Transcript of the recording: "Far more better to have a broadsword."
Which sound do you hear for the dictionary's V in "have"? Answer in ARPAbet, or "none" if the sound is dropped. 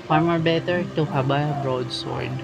B